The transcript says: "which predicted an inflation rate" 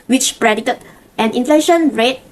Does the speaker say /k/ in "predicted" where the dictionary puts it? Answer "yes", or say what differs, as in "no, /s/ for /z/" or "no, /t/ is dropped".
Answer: no, /k/ is dropped